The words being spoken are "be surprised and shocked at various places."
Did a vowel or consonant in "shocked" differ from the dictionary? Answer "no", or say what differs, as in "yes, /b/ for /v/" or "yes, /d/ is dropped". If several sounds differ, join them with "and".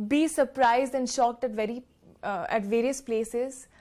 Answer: no